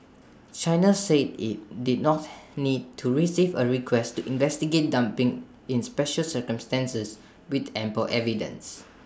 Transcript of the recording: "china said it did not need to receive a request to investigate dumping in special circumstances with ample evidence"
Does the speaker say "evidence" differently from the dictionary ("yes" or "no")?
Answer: no